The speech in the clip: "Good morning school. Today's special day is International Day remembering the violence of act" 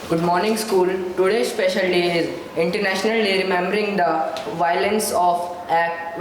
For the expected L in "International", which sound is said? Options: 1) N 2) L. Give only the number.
2